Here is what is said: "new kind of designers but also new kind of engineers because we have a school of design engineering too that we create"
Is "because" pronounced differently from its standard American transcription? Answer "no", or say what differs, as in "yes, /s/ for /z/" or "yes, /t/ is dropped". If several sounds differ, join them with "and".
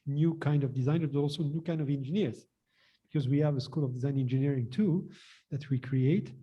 no